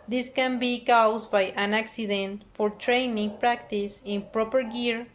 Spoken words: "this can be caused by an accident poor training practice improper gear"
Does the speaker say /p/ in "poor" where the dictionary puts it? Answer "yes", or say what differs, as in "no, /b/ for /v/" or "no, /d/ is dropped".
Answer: no, /f/ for /p/